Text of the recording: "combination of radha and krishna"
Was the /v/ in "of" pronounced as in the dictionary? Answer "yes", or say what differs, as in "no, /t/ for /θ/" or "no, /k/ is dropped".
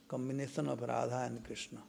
no, /p/ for /v/